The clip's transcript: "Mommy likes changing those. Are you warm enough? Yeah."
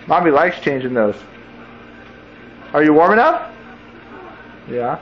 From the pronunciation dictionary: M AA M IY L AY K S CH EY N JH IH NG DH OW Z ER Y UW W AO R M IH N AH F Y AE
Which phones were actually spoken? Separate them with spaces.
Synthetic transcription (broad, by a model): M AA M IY L AY K S CH EY N JH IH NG DH OW Z ER Y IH W AO R M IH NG AH P Y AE